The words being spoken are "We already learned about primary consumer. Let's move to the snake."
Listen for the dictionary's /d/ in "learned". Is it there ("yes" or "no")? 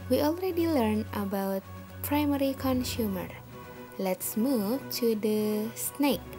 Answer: no